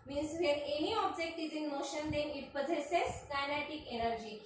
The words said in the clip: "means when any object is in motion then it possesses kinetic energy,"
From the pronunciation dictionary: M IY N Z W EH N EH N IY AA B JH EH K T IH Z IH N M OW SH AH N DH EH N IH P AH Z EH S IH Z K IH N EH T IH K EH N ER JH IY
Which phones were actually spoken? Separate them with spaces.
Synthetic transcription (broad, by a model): M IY N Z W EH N EH N IY AA B JH EH K T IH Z IH N M OW SH AH N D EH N IH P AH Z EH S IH S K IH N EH T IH K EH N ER JH IY